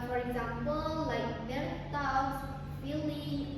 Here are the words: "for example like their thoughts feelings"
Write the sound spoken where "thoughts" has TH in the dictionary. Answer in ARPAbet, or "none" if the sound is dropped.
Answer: T